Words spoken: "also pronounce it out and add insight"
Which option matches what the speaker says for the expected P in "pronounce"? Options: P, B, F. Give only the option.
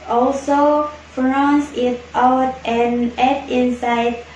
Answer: F